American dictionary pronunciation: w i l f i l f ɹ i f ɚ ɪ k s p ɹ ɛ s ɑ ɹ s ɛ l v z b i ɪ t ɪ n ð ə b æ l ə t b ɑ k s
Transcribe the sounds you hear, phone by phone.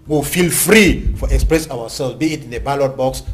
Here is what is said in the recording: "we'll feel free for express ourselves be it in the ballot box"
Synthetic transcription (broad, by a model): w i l f i l f ɹ i f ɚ ɪ k s p ɹ ɛ s ɑ w s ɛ l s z b i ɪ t ɪ n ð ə b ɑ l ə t b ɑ k s